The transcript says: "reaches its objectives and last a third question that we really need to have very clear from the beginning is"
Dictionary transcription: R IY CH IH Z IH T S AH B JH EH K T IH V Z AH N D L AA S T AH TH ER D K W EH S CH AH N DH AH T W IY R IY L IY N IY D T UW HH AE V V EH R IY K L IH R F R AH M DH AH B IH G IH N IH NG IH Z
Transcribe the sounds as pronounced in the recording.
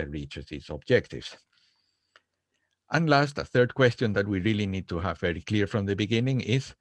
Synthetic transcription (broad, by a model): R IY CH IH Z IH T S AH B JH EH K T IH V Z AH N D L AA S T AH TH ER D K W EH S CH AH N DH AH T W IY R IY L IY N IY D T UW HH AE V V EH R IY K L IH R F R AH M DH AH B IH G IH N IH NG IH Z